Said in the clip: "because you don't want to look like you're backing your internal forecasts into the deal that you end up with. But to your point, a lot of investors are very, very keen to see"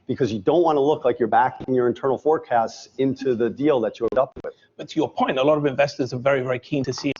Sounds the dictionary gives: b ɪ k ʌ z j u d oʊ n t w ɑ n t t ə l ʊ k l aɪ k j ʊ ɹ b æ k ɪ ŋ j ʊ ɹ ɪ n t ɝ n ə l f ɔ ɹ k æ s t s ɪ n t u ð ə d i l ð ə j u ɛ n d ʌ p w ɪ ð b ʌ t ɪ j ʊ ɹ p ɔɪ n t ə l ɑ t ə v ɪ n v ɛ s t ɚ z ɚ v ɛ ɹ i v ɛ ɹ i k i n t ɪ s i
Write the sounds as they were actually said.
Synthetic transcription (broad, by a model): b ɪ k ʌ z j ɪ d oʊ n t w ɑ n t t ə l ʊ k l aɪ k j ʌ ɹ b æ k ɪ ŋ j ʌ ɹ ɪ n t ɝ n l f ɔ ɹ k æ s t s ɪ n t u ð ə d i l ð ə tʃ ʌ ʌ d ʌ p w ɪ ð b ʌ t ɪ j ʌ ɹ p ɔɪ n t ə l ɑ t ə v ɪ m v ɛ s t ɚ z ɚ v ɛ ɹ i v ɛ ɹ i k i n t ɪ s i